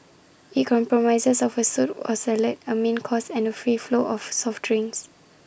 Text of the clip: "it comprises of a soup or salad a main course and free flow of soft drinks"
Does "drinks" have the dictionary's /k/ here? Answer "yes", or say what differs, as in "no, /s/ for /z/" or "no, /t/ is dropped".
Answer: no, /k/ is dropped